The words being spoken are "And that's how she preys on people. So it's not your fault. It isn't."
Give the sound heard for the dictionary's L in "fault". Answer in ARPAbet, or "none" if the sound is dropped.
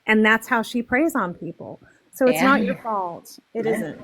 L